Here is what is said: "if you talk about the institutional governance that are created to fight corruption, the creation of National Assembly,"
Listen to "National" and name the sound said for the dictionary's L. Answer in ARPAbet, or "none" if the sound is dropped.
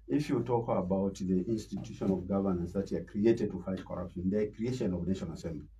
N